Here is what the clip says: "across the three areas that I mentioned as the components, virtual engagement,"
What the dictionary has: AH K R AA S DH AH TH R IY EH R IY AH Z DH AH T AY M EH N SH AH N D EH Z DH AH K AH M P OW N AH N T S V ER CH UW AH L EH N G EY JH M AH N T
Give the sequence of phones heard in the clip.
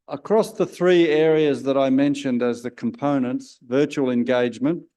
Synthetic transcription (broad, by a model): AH K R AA S DH AH TH R IY EH R IY AH Z DH AH T AY M EH N SH AH N D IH Z DH AH K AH M P OW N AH N T S V ER CH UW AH L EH N G EY JH M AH N T